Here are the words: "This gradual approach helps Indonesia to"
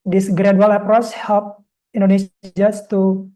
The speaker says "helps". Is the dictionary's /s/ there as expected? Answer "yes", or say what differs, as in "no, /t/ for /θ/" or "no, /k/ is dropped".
no, /s/ is dropped